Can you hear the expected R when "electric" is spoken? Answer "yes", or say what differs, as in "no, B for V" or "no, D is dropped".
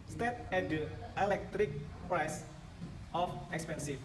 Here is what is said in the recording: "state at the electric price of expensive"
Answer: yes